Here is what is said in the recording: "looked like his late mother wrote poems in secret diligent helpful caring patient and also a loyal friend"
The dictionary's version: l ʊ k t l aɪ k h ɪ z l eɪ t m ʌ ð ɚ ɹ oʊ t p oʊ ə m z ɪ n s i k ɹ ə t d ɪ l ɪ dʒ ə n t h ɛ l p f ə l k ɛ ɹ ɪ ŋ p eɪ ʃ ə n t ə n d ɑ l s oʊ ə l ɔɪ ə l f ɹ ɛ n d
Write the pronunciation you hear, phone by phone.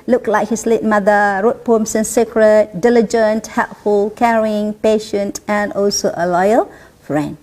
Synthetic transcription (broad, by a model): l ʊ k l aɪ k h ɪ s l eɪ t m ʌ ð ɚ ɹ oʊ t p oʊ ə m s ɪ n s i k ɹ ə t d ɪ l ɪ dʒ ə n t h ɛ l p f ə l k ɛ ɹ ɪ ŋ p eɪ ʃ ə n t ə n d ɑ l s oʊ ə l ɔɪ ə l f ɹ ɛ n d